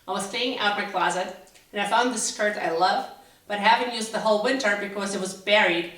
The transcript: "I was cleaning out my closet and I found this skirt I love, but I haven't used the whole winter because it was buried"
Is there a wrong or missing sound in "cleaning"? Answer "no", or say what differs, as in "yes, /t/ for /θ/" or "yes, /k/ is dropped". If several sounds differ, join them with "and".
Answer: yes, /l/ is dropped and /n/ is dropped